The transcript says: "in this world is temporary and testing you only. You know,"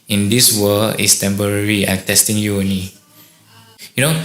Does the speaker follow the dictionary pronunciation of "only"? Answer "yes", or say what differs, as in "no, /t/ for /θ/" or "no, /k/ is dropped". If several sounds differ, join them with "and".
no, /l/ is dropped